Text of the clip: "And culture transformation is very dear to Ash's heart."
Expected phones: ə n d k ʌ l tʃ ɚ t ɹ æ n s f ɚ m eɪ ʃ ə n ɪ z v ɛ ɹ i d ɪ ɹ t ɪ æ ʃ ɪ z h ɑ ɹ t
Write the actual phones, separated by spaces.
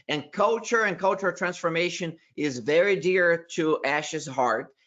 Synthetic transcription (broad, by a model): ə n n k ʌ l tʃ ɚ t ɹ æ n s f ɚ m eɪ ʃ ə n ɪ z v ɛ ɹ i d ɪ ɹ t ɪ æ ʃ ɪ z h ɑ ɹ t